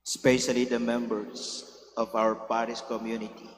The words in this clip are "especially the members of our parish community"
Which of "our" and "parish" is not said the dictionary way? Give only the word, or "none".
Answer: parish